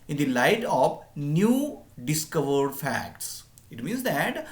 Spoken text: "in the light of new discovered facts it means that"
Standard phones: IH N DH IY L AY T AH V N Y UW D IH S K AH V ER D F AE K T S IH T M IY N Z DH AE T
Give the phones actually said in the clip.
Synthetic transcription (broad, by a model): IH N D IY L AY T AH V N Y UW D IH S K AH V ER D F AE K T S IH T M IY N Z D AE T